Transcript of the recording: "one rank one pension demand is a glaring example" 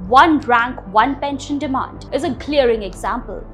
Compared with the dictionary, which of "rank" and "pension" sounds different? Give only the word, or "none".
none